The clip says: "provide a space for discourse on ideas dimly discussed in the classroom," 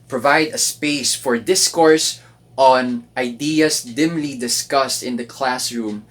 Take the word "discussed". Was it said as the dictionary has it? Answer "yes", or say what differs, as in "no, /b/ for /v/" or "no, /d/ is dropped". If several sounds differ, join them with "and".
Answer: yes